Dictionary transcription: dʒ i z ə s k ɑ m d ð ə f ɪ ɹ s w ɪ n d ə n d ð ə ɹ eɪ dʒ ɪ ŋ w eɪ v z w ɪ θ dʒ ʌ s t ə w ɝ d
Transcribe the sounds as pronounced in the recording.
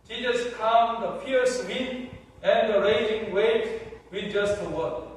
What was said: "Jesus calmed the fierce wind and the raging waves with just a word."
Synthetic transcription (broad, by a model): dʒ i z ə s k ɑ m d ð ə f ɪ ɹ s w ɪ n ə n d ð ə ɹ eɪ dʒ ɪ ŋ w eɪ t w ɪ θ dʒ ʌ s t ə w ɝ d